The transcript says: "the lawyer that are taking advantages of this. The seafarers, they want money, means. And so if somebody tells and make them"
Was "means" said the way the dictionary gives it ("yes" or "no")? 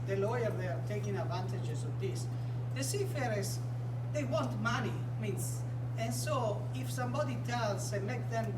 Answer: no